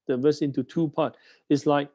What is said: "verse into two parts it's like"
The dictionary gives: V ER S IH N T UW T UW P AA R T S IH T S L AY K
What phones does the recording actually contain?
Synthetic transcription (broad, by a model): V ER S IH N T UW T UW P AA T IH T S L AY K